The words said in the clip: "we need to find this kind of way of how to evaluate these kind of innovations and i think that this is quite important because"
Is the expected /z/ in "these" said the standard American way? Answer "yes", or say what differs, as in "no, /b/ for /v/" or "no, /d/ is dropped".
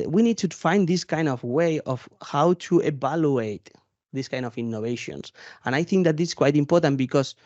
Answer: no, /s/ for /z/